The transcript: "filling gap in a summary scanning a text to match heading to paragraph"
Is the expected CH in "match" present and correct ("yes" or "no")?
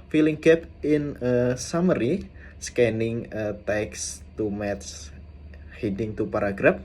no